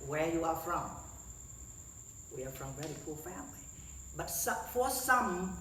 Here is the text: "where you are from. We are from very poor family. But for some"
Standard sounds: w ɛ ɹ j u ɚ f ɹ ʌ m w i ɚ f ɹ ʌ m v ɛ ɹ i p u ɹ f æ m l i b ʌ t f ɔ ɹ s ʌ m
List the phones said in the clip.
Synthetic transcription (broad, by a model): w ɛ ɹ j u ɚ f ɹ ʌ m w i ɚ f ɹ ʌ m v ɛ ɹ i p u l f æ m l i b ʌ t f ɔ ɹ s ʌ m